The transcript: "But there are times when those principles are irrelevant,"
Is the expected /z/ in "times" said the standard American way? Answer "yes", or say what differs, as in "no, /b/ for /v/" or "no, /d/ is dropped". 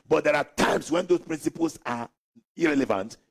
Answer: no, /s/ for /z/